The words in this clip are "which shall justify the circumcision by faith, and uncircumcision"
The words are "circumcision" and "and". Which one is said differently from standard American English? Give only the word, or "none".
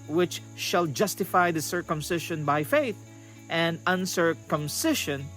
circumcision